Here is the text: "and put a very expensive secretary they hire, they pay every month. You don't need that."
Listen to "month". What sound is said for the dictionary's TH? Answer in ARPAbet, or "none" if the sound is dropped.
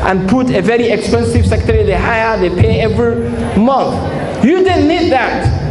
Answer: TH